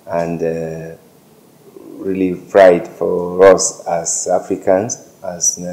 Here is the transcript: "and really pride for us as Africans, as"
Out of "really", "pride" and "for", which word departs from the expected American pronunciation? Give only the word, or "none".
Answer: pride